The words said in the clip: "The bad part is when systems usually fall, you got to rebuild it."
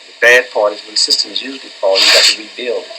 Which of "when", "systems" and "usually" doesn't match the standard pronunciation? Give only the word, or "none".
none